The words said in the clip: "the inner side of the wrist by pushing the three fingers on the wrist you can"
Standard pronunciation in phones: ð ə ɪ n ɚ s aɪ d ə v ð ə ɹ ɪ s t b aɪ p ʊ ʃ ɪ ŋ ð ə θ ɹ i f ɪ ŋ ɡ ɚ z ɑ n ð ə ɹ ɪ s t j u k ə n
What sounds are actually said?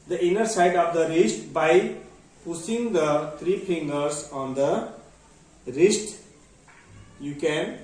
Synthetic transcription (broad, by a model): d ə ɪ n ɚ s aɪ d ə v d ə ɹ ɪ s t b aɪ p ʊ s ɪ ŋ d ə t ɹ i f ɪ ŋ ɡ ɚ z ɑ n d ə ɹ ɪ s t j u k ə n